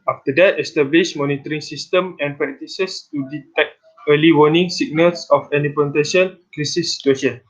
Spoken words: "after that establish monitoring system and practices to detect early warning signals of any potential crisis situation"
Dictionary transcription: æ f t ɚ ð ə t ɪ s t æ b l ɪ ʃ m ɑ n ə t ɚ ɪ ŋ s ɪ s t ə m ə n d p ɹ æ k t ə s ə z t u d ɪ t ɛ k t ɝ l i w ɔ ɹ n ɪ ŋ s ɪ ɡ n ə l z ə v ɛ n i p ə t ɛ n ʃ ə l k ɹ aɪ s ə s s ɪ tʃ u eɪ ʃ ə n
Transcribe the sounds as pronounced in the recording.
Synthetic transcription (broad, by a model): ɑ f t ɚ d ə t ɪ s t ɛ b l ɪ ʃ m ɑ n ə t ɚ ɪ ŋ s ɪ s t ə m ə n p ɹ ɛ k t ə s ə s t u d ɪ t ɛ k t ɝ l i w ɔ n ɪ ŋ s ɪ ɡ n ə l s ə f ɛ n i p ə t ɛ ʃ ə n k ɹ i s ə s s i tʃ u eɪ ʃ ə n